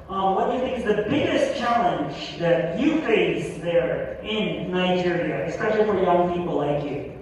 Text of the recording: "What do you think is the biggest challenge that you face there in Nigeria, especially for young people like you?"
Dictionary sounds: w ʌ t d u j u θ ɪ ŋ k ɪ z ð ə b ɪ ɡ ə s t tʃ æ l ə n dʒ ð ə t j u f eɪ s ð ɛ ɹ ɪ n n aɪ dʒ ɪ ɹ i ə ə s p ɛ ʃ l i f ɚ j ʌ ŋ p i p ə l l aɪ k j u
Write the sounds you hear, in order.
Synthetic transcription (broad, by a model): w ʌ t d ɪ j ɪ θ ɪ ŋ k ɪ z ð ə b ɪ ɡ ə s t tʃ æ l ə n dʒ ð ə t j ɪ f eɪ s ð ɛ ɹ ɪ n n aɪ dʒ ɪ ɹ i ə ə s p ɛ ʃ l i f ɚ j ʌ ŋ p i p l l aɪ k j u